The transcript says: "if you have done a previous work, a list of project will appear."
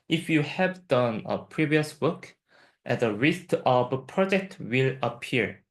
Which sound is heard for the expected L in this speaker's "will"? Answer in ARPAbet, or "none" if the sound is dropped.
L